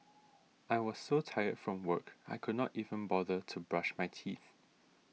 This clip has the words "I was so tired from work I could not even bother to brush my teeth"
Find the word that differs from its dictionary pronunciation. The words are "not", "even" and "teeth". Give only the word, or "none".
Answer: none